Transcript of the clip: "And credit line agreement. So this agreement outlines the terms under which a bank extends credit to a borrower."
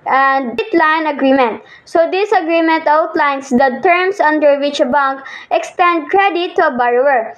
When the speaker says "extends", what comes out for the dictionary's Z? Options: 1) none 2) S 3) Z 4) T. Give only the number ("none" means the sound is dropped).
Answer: 1